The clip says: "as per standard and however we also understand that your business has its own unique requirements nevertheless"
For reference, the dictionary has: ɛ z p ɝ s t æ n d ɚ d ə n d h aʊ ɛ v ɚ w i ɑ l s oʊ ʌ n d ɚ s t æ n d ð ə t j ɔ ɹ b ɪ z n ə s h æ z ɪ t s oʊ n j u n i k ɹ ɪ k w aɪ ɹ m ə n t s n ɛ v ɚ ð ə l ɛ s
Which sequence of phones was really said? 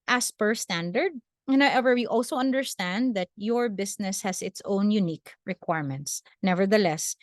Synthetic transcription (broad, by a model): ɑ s p ɝ s t æ n d ɚ d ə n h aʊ ɛ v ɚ w i ɑ l s oʊ ʌ n d ɚ s t æ n d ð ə t j ɔ ɹ b ɪ s n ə s h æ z ɪ t s oʊ n j u n i k ɹ ɪ k w aɪ ɹ m ə n t s n ɛ v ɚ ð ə l ɛ s